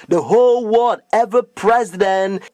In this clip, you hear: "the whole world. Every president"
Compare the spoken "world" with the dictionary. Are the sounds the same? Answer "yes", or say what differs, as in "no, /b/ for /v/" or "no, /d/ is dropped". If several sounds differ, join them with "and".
no, /l/ is dropped